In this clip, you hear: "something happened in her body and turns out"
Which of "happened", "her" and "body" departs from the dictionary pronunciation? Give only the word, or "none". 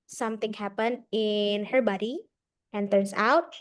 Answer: none